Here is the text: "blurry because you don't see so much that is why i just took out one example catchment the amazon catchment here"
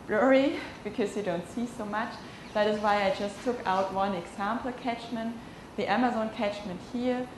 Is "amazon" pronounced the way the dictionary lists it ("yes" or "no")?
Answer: yes